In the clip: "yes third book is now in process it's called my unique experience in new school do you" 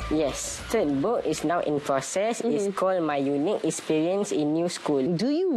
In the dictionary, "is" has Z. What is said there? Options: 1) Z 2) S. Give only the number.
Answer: 2